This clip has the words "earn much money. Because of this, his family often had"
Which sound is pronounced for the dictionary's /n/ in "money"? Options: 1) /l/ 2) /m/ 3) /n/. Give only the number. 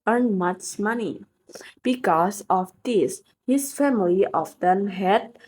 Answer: 3